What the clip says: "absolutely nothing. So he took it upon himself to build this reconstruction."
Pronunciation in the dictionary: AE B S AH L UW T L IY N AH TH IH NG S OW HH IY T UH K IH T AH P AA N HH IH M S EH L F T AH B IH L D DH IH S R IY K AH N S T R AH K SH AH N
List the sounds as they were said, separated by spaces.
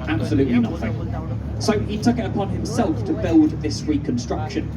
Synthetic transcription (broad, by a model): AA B S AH L UW T L IY N AH TH IH NG S OW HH IY T UH K IH T AH P AA N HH IH M S EH L F T AH B IH L D DH IH S R IY K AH N S T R AH K SH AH N